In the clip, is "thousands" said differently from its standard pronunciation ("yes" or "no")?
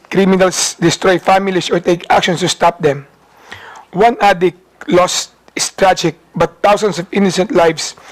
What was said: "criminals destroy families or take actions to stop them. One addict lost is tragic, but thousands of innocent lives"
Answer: yes